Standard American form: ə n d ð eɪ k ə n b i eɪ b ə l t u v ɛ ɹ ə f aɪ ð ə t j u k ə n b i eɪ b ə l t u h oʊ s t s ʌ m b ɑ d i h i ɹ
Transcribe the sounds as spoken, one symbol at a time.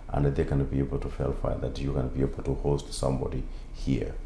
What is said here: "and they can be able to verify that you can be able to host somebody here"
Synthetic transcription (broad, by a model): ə n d ð eɪ k ə n b i eɪ b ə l t u f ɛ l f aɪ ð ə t j u k ə n b i eɪ b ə l t u h oʊ s t s ʌ m b ɑ d i h i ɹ